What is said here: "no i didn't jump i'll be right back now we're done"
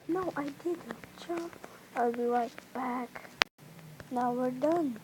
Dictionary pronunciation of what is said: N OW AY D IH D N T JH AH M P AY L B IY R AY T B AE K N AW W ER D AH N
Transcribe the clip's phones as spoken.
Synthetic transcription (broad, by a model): N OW AY D IH D N T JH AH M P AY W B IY W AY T B AE K N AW W ER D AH N